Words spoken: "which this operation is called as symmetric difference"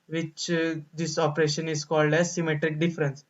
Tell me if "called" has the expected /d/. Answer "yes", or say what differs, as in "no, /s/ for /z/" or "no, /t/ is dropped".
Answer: yes